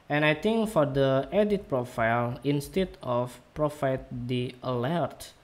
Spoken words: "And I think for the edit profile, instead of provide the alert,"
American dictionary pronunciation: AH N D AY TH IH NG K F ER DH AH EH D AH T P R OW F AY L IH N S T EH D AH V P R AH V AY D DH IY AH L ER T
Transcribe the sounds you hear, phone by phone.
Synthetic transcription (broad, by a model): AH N AY T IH NG K F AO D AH EH D AH T P R OW F AY L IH N S T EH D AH F P R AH F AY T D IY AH L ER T